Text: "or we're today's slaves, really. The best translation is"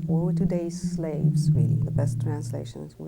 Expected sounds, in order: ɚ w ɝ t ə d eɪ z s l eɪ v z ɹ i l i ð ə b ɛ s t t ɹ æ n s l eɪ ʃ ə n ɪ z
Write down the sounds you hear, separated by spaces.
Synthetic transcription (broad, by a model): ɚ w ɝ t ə d eɪ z s l eɪ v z w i i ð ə b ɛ s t t ɹ æ n s l eɪ ʃ ə n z